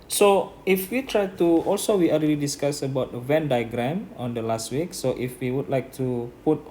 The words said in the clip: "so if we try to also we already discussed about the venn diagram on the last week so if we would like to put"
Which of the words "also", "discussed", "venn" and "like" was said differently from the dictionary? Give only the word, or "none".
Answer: discussed